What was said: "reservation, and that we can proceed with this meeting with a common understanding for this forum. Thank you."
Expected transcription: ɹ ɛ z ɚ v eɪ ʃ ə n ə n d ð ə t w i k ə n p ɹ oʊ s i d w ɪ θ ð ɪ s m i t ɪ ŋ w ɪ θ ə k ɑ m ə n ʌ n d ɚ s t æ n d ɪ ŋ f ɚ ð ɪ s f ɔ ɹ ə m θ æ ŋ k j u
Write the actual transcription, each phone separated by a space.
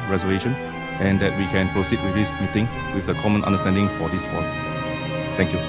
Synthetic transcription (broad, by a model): ɹ ɛ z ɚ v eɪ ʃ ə n ə n d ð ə t w i k ə n p ɹ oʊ s i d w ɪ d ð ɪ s m i t ɪ ŋ w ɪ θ ə k ɑ m ə n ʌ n d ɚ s t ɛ n d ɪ ŋ f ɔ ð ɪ s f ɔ ə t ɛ ŋ k j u